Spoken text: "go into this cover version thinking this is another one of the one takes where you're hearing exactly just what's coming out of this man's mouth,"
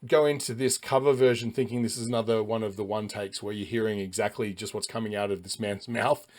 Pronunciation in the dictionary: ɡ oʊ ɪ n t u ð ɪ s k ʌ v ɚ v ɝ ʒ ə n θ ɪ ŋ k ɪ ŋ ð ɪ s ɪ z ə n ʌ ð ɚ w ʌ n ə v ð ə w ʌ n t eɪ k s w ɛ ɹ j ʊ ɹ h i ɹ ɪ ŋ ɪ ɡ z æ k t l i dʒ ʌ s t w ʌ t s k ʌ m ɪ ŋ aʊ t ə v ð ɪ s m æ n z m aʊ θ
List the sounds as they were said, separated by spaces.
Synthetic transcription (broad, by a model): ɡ oʊ ɪ n t u ð ɪ s k ʌ v ɚ v ɝ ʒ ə n θ ɪ ŋ k ɪ ŋ ð ɪ s ɪ z ə n ʌ ð ɚ w ʌ n ə v ð ə w ʌ n t eɪ k s w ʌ ɹ j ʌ ɹ h i ɹ ɪ ŋ ɪ ɡ z æ k t l i dʒ ʌ s t w ʌ t s k ʌ m ɪ ŋ aʊ t ə v ð ɪ s m æ n z m aʊ θ